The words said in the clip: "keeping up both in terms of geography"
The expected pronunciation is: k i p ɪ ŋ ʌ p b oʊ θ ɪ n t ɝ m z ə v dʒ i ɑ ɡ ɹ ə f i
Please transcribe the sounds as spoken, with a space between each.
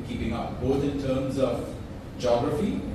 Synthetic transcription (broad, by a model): k i p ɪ ŋ ʌ p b oʊ t ɪ n t ɝ m z ə v dʒ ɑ ɡ ɹ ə f i